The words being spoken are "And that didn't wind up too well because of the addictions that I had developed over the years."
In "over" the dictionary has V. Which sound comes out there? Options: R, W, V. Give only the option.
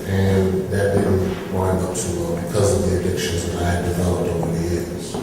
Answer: W